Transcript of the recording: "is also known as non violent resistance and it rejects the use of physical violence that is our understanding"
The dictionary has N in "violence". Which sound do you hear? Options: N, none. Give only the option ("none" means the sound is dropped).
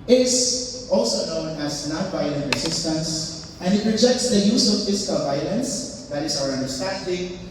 N